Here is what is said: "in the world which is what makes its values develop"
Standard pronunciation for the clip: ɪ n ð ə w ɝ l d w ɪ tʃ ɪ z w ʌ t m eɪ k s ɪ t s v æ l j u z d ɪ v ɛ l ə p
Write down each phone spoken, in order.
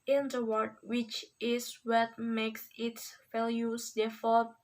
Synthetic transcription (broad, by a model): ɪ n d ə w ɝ d w ɪ tʃ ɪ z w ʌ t m eɪ k s ɪ t s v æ l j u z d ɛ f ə